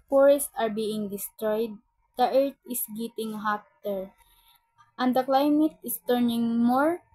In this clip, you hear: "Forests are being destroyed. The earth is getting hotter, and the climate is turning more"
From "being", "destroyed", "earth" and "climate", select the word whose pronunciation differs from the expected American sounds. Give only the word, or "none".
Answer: earth